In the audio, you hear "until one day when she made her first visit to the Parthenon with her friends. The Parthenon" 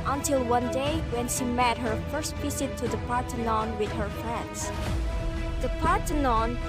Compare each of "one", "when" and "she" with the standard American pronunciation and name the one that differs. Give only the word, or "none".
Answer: none